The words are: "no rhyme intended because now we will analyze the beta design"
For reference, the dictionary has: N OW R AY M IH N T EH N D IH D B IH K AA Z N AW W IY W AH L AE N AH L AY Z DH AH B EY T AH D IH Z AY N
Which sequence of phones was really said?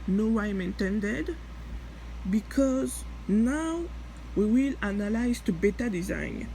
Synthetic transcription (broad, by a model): N OW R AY M IH N T EH N D IH D B IH K AA Z N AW W IY W AH L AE N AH L AY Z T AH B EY T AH D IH Z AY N